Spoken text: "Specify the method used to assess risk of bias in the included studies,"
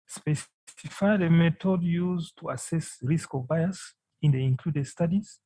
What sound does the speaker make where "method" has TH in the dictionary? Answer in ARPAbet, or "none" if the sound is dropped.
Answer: T